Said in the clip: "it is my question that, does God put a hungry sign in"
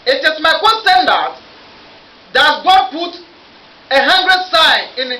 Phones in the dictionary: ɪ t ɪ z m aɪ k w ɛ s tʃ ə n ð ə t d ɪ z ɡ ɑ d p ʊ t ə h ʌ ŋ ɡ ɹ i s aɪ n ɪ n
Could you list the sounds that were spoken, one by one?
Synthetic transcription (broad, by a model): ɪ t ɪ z m aɪ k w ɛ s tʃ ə n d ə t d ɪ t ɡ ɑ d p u t ə h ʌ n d ɹ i s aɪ ɪ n